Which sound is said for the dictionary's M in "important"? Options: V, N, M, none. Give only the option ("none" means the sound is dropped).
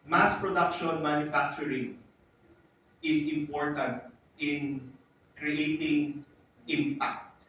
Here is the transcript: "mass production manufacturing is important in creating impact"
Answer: M